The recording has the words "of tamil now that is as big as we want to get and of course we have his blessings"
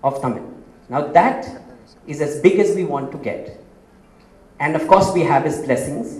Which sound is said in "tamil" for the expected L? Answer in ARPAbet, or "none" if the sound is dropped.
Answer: N